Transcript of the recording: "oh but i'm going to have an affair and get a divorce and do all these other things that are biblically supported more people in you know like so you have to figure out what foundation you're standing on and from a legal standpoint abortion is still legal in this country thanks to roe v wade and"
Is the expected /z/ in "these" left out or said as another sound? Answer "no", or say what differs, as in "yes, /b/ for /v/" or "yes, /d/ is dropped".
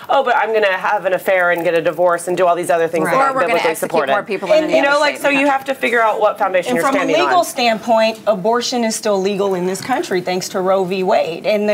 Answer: no